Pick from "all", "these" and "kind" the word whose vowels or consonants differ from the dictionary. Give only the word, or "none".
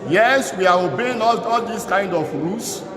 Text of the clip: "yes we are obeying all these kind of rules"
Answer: these